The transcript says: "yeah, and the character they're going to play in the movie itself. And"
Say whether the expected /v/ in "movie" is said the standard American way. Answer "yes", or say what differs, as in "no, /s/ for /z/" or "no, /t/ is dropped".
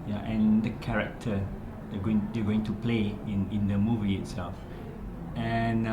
yes